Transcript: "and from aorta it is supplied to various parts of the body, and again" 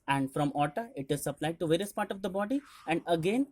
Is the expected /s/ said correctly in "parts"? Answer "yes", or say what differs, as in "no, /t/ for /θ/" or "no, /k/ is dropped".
no, /s/ is dropped